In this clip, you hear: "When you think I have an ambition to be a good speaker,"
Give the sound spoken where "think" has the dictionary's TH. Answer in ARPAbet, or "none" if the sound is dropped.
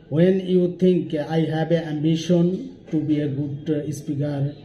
T